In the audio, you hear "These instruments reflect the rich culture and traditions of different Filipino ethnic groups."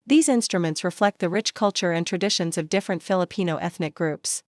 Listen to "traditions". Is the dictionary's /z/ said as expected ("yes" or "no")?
yes